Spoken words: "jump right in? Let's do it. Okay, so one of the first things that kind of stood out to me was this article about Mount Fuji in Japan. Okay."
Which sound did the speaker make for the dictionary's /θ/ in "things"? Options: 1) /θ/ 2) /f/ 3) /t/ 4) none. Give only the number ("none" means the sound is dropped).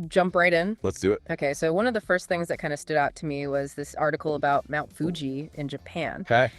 1